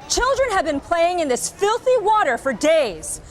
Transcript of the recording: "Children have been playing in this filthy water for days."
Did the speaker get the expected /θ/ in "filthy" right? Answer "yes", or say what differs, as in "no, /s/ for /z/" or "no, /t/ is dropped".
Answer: yes